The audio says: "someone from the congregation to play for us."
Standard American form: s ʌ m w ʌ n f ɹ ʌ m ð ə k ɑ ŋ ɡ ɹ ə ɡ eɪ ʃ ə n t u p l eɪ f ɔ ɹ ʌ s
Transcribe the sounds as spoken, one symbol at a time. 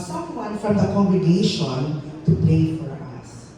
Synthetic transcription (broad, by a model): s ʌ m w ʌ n f ɹ ʌ m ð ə k ɑ ŋ ɡ ɹ ə ɡ eɪ ʃ ə n t u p eɪ f ɔ ɹ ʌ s